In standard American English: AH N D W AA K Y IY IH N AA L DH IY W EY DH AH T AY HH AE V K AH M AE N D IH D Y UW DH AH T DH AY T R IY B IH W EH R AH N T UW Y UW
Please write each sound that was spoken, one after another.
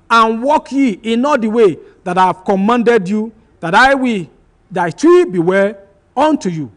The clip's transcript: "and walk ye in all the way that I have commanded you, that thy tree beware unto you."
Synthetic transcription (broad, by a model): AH N W AA K Y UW IH N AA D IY W EY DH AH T AY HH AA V K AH M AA N D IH D Y UW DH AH T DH AY T R IY B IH W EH L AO N T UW Y UW